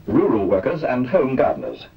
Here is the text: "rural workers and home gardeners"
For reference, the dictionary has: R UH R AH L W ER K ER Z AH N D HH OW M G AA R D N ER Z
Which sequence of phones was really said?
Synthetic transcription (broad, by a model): R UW R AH L W ER K ER Z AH N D HH OW M G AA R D N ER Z